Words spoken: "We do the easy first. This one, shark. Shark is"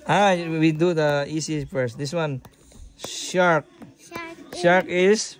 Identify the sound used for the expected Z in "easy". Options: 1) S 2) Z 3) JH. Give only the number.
1